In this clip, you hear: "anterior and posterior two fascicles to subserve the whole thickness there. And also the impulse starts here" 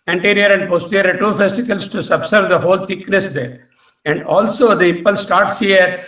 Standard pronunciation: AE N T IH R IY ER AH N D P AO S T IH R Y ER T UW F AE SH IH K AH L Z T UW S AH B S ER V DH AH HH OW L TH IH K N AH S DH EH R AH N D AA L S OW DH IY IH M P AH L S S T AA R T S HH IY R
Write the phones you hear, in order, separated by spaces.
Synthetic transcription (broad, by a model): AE N T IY R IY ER AH N D P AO S T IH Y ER T UW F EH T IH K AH L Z T UW S AH B S ER V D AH HH OW L T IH K N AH S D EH R AH N D AA L S OW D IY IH P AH L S S T AA R T S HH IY R